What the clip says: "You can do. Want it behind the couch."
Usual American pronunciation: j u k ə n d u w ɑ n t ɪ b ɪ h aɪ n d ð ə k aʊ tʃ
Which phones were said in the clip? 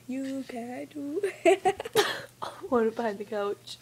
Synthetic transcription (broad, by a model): j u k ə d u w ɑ t ɪ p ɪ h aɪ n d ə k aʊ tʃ